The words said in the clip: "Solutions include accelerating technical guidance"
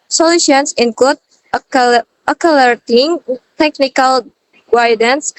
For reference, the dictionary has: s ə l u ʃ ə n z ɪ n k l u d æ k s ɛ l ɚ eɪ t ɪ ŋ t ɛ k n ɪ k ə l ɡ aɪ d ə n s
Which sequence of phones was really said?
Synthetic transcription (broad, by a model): s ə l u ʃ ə n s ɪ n k l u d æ k ɑ l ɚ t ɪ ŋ t ɛ k n ɪ k ə l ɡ aɪ d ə n s